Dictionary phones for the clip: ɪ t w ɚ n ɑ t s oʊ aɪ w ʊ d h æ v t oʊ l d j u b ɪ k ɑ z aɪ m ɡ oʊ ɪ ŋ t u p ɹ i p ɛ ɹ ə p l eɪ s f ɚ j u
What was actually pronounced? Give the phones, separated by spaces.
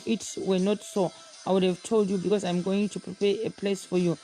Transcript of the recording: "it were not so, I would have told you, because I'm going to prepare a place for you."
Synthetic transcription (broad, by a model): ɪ t w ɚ n ɑ t s oʊ aɪ w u d h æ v t oʊ l d j u b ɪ k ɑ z aɪ m ɡ oʊ ɪ ŋ t u p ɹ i p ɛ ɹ ə p l eɪ s f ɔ j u